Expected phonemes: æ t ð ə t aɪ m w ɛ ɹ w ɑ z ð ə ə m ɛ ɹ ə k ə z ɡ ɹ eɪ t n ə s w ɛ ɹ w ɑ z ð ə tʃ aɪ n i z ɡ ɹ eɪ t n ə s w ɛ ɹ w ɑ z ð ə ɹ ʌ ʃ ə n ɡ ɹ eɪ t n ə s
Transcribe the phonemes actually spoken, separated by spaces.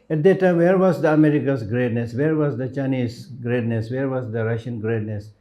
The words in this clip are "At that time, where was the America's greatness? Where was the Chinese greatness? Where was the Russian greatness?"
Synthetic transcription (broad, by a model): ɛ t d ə t aɪ m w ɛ ɹ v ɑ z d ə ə m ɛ ɹ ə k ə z ɡ ɹ eɪ t n ə s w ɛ ɹ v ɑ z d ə tʃ aɪ n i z ɡ ɹ eɪ t n ə s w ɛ ɹ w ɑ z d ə ɹ ʌ ʃ ə n ɡ ɹ eɪ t n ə s